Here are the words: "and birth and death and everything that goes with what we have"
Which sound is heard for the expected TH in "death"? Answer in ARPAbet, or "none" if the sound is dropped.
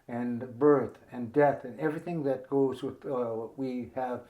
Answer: TH